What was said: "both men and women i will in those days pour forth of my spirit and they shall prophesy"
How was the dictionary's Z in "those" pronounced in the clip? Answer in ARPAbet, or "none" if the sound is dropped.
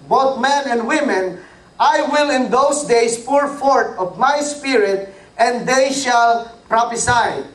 S